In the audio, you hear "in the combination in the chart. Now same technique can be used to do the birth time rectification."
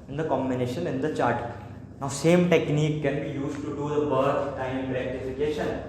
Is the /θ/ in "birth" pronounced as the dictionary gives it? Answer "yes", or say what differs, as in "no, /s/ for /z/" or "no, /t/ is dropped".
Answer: no, /t/ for /θ/